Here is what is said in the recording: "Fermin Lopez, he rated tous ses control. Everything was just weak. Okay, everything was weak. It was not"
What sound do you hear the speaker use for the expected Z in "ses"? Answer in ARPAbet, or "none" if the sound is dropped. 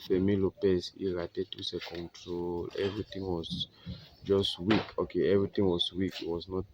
none